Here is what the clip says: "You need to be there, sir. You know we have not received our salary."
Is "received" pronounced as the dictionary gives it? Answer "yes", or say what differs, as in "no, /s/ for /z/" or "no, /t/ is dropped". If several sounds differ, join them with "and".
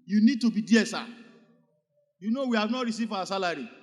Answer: no, /d/ is dropped